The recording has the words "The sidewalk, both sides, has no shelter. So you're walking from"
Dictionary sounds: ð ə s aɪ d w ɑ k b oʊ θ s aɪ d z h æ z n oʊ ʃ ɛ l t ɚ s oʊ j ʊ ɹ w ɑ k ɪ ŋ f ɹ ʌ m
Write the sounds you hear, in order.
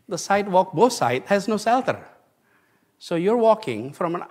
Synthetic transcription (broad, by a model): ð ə s aɪ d w ɑ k b oʊ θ s aɪ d h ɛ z n oʊ s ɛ l t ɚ s oʊ j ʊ ɹ w ɑ k ɪ ŋ f ɹ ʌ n